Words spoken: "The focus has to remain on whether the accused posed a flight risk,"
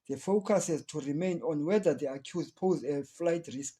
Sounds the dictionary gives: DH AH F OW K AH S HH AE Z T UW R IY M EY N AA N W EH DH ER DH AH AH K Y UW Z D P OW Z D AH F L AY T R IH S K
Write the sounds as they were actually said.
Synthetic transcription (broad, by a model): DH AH F OW K AH S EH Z T UW R IY M EY N AA N W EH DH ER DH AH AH K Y UW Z P OW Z AH F L AY T R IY S K